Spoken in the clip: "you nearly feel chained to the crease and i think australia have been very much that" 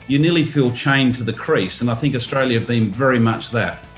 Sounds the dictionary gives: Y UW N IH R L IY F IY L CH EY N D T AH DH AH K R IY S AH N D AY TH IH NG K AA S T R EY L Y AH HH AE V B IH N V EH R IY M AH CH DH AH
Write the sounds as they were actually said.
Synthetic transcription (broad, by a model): Y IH N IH L IY F IY L CH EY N T AH DH AH K R IY S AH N AY TH IH NG K AA S T R EY L Y AH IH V B IH N V EH R IY M AH CH DH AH